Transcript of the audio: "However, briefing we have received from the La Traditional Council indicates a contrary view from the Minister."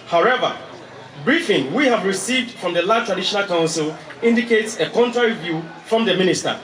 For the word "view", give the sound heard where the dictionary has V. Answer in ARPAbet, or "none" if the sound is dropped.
V